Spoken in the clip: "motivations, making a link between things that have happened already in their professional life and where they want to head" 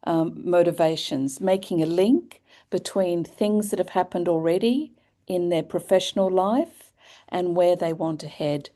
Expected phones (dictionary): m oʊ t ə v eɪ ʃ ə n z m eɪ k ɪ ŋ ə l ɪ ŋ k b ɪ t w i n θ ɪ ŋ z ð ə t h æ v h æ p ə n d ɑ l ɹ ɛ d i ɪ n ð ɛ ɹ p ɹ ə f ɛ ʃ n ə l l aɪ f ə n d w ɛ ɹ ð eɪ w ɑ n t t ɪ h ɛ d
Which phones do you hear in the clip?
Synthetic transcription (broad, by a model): m oʊ t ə v eɪ ʃ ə n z m eɪ k ɪ ŋ ə l ɪ ŋ k b ɪ t w i n θ ɪ ŋ z ð ə t h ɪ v h æ p ə n d l ɹ ɛ d i ɪ n ð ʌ ɹ p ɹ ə f ɛ ʃ n l l aɪ f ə n w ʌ ɹ ð eɪ w ɑ n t t ɪ h ɛ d